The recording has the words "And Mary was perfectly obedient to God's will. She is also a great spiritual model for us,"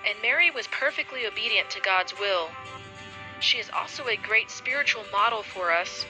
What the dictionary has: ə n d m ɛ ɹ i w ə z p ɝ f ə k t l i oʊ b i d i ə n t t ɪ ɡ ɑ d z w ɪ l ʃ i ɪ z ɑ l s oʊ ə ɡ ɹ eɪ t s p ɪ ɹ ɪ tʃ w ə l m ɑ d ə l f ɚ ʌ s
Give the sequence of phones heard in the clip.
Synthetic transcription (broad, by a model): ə n m ɛ ɹ i w ə z p ɝ f ə k t l i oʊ b i d i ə n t t ɪ ɡ ɑ d z w ɪ l ʃ i ɪ z ɑ l s oʊ ə ɡ ɹ eɪ t s p ɪ ɹ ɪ tʃ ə l m ɑ d l f ɚ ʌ s